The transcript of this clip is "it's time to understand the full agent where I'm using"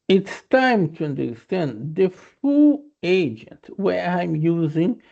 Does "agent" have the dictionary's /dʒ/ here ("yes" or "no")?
yes